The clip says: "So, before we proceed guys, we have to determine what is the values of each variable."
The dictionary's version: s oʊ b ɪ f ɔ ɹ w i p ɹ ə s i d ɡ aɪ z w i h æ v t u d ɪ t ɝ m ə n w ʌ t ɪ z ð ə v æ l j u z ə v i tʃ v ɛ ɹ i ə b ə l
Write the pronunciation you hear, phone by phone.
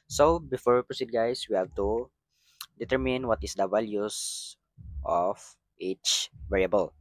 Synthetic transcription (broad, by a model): s oʊ b ɪ f ɔ ɹ w i p ɹ ə s i d ɡ aɪ s w i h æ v t u d ɪ t ɝ m ə n w ʌ t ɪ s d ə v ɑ l j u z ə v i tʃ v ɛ ɹ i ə b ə l